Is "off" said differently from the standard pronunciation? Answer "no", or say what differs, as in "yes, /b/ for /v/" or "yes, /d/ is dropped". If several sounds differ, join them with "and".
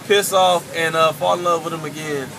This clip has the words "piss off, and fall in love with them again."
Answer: no